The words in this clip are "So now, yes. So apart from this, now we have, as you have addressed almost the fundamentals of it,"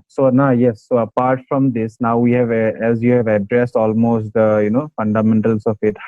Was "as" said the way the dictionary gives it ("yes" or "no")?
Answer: yes